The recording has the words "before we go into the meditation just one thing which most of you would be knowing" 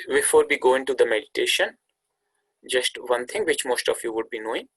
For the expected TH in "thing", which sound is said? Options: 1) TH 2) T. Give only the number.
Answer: 2